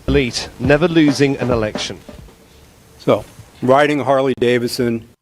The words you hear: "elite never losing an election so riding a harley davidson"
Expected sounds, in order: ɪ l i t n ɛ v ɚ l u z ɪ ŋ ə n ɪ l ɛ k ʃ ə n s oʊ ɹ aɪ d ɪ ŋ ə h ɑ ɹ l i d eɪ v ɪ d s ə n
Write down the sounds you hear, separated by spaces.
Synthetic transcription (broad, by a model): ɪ l i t n ɛ v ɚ l u z ɪ ŋ ə n ɪ l ɛ k ʃ ə n s oʊ ɹ aɪ d ɪ ŋ h ɑ ɹ l i d eɪ v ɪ s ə n